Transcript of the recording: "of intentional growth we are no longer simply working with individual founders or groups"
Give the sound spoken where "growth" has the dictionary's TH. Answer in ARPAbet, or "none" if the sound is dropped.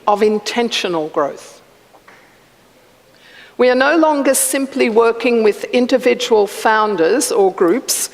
TH